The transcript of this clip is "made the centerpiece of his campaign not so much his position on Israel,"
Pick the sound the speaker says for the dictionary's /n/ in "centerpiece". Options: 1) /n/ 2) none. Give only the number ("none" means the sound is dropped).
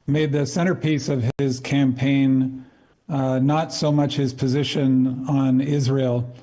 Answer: 2